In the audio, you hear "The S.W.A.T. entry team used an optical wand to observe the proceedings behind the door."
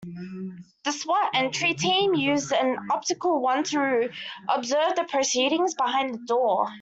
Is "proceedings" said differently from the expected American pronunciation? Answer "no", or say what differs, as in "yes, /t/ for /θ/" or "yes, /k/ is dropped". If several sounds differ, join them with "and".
no